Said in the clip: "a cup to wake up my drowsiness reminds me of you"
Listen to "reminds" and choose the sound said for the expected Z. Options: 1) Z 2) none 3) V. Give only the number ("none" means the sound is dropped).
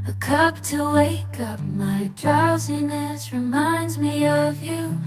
1